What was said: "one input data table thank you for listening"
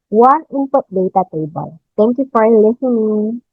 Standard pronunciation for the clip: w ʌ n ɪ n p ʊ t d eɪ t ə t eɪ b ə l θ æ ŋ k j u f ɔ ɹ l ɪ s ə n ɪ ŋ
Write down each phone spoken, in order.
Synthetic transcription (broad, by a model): w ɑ n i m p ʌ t d eɪ t ə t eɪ b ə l t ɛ ŋ k j u f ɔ ɹ l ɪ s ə n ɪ ŋ